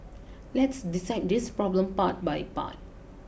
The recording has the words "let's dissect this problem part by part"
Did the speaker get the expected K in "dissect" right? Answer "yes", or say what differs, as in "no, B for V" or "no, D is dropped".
no, K is dropped